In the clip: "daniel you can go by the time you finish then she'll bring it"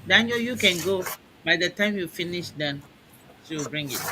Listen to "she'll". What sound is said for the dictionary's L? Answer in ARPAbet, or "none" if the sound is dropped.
W